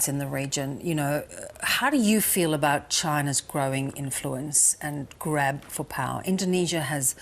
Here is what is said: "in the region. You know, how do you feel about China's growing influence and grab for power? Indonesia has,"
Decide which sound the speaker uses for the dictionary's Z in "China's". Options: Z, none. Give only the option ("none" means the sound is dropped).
Z